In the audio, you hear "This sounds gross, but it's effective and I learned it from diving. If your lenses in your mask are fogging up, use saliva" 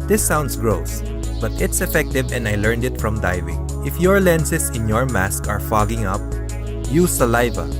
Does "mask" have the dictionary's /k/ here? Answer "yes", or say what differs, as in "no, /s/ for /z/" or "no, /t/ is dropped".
yes